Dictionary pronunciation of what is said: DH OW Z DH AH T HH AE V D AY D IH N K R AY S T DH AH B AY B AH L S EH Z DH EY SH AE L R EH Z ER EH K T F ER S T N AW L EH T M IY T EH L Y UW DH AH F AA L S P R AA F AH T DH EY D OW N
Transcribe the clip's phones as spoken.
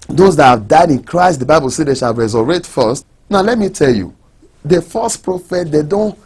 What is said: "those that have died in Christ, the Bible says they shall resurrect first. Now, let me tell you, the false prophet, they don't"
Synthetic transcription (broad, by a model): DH OW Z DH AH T HH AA V D AY D IH N K R AY S T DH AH B AY B AH L S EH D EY SH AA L R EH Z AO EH T F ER S T N AW L EH T M IY T EH L Y UW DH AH F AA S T P R AA F AH T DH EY D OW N